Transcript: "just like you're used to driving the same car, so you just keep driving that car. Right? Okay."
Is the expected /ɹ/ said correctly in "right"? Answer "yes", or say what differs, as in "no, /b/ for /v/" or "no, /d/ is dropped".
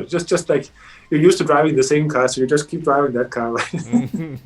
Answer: no, /l/ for /ɹ/